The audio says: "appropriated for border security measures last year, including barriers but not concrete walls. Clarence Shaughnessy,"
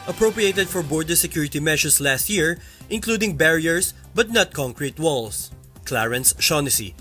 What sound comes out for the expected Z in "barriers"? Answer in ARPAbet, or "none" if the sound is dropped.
S